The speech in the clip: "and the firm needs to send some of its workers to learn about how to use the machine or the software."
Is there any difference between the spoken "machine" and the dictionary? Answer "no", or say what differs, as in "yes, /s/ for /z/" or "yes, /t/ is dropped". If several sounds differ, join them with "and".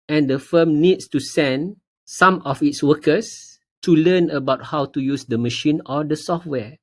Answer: no